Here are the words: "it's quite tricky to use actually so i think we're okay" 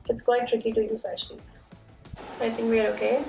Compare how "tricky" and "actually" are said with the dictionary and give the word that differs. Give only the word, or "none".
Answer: actually